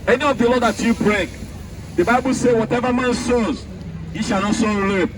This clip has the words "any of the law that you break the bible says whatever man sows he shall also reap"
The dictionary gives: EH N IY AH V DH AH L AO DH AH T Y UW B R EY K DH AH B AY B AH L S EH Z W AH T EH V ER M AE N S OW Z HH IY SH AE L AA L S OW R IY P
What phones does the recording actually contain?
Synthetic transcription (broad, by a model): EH N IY AH V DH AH L AO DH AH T Y UW B R EY K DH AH B AY B AH L S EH W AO T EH V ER M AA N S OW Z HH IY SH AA N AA S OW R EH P